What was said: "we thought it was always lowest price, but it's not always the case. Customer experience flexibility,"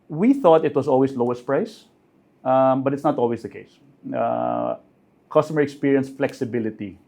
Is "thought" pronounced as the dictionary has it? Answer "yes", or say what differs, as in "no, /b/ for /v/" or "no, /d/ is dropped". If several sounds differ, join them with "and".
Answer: yes